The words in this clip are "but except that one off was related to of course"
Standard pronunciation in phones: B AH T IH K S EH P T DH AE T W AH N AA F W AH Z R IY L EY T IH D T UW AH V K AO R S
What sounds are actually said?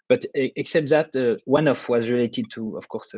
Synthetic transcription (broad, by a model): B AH T IH K S EH P T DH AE T W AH N AA F W AH Z R IY L EY T IH D T UW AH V K AO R S